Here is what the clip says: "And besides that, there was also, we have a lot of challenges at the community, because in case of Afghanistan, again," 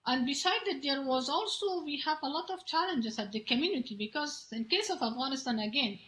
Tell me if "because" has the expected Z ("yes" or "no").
yes